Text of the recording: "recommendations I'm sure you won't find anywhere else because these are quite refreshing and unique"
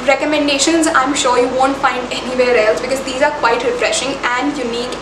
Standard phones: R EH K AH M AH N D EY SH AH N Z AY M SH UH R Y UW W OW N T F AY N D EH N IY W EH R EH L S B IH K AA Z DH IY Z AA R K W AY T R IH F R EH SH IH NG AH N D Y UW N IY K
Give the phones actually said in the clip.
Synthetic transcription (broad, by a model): R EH K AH M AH N D EY SH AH N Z AY M SH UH R Y UW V OW N T F AY N D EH N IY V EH R EH L S B IH K AA Z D IY Z AA R K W AY T R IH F R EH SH IH NG AH N D Y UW N IY K